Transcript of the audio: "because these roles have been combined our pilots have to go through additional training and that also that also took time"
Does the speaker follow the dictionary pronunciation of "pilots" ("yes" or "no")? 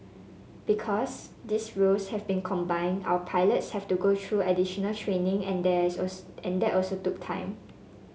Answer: yes